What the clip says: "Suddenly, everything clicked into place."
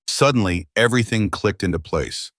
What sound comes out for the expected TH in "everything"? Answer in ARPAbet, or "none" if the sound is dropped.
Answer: TH